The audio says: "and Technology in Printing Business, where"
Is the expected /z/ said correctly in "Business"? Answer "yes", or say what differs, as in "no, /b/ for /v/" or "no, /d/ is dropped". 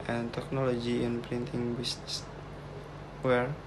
no, /s/ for /z/